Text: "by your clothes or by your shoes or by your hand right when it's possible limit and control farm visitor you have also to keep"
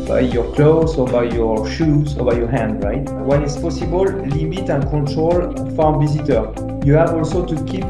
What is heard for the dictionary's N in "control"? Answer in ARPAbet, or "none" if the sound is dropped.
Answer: none